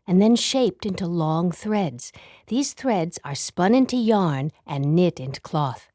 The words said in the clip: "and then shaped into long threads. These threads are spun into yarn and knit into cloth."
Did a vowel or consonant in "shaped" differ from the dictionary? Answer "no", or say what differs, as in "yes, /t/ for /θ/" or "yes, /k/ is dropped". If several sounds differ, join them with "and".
no